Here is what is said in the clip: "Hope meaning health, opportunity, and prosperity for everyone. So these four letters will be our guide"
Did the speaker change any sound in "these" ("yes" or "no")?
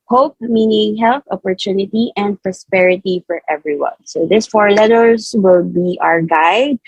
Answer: yes